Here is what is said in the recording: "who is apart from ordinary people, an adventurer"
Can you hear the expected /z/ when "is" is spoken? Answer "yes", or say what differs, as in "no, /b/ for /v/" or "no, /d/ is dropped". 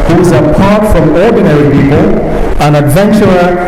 yes